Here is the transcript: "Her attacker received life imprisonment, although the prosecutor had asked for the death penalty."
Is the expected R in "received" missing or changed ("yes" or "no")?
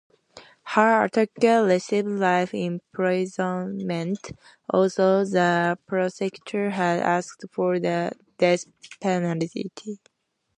yes